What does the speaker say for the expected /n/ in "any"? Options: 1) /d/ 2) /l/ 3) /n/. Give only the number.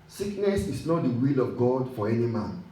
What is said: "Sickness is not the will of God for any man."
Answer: 3